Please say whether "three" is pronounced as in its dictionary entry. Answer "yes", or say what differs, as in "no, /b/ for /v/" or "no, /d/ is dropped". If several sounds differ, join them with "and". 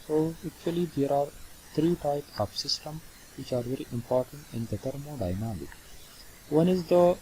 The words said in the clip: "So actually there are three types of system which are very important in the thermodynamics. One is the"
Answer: no, /t/ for /θ/